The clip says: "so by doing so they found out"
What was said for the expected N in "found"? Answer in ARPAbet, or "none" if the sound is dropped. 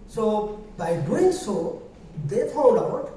L